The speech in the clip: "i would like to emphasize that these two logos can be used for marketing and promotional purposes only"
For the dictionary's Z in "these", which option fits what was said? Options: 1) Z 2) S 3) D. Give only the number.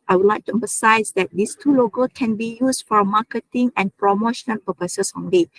2